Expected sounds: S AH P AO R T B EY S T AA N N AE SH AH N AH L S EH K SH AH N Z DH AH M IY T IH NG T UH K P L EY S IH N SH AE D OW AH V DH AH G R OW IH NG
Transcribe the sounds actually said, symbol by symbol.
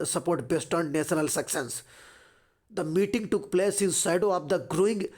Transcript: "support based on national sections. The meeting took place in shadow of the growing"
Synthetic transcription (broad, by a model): S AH P AO R T B EY S T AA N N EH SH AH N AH L S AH K S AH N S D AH M IY T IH NG T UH K P L EY S IH N S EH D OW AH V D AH G R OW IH NG